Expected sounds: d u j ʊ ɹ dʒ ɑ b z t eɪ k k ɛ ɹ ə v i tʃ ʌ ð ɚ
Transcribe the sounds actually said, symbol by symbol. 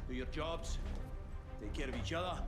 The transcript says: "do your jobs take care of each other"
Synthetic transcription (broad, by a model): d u j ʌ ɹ dʒ ɑ b z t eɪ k k ɛ ɹ ə v i tʃ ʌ ð ɚ